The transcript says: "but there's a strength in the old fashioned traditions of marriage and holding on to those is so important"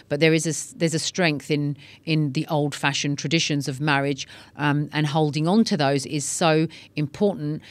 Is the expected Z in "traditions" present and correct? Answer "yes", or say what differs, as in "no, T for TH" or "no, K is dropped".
yes